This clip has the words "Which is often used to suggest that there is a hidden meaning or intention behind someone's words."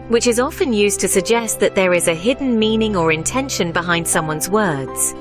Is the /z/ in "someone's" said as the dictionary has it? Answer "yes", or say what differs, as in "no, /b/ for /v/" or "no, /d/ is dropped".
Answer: yes